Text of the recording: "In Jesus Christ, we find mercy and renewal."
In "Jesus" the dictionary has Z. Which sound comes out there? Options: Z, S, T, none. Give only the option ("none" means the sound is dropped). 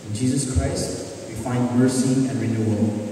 Z